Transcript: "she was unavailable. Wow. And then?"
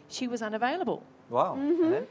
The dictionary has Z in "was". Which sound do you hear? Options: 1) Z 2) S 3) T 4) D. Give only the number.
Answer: 1